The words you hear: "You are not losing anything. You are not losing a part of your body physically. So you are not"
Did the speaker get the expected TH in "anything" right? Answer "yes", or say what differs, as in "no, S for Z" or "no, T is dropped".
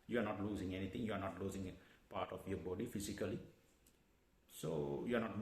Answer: no, T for TH